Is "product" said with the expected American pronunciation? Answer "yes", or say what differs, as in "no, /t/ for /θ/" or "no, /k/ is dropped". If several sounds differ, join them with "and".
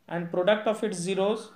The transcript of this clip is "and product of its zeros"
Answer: yes